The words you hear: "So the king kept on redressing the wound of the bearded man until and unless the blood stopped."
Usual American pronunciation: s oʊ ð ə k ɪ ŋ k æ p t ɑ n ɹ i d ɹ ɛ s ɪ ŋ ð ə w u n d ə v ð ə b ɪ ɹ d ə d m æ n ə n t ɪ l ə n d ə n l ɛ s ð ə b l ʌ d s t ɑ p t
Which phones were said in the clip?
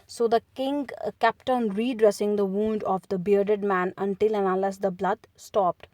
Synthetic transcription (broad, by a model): s oʊ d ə k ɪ ŋ k æ p t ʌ n ɹ i d ɹ ɛ s ɪ ŋ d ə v u n d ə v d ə b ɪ ɹ d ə d m æ n ə n t ɪ l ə n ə l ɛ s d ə b l ʌ d s t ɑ p t